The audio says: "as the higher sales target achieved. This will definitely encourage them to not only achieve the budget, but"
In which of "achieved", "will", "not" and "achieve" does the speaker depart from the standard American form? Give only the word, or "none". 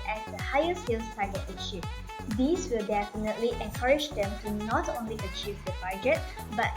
achieved